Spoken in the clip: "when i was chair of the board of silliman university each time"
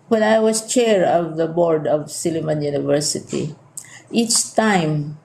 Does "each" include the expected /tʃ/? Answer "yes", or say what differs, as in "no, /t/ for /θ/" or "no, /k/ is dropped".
yes